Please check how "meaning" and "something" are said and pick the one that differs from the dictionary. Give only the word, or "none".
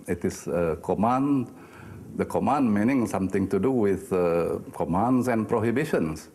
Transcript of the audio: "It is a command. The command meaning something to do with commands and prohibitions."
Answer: something